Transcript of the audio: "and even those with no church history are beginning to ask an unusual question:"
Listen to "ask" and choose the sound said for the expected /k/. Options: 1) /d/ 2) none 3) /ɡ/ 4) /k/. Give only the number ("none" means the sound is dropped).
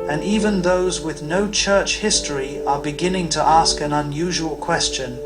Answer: 4